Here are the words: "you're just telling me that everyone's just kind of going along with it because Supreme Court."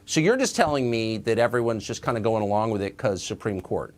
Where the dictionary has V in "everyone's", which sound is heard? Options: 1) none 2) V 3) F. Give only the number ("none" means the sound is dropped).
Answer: 2